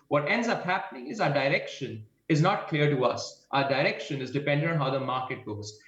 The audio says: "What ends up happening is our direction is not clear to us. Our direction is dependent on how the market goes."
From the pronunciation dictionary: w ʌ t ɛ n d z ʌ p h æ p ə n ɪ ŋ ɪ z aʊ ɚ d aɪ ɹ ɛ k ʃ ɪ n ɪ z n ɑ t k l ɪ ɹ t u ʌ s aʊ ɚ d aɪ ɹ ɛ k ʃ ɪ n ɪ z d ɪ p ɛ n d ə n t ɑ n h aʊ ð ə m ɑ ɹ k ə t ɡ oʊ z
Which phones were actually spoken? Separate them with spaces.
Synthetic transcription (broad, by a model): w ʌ t ɛ n d z ʌ p h æ p ə n ɪ ŋ ɪ z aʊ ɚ d aɪ ɹ ɛ k ʃ ɪ n ɪ z n ɑ t k l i ɹ t u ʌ s aʊ ɚ d aɪ ɹ ɛ k ʃ ɪ n ɪ z d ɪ p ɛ n d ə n ɑ n h aʊ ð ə m ɑ ɹ k ə t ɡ oʊ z